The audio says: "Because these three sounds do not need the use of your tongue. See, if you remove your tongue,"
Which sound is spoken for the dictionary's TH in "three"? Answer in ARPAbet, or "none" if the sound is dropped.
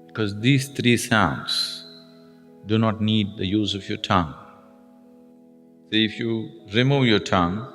T